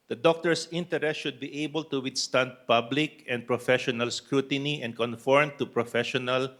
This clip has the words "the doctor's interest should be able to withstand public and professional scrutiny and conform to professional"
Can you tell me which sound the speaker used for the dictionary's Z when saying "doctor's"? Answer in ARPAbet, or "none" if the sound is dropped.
S